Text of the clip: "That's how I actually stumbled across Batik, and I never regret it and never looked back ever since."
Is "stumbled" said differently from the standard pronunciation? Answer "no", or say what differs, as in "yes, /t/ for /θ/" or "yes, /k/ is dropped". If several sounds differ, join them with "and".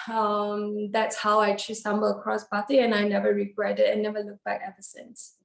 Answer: yes, /d/ is dropped